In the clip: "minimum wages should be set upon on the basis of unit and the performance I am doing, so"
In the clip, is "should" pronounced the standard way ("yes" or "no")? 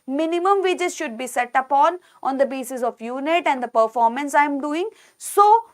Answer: yes